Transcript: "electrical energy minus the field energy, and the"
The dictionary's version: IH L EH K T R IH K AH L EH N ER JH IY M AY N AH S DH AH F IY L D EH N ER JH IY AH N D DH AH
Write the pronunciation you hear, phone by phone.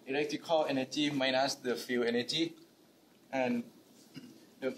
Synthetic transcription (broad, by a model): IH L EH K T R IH K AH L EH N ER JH IY M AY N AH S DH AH F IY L EH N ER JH IY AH N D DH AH